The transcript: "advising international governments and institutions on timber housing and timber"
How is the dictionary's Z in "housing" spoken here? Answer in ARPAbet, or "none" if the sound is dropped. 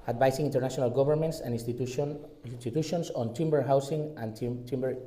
S